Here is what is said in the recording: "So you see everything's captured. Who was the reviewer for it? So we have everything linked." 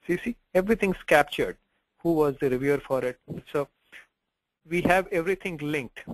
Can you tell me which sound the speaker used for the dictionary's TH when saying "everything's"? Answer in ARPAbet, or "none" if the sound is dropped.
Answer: T